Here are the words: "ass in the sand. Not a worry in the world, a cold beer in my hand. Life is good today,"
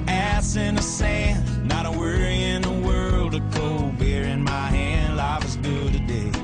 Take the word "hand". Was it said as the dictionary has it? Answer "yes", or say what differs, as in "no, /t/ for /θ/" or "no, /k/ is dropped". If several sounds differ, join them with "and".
yes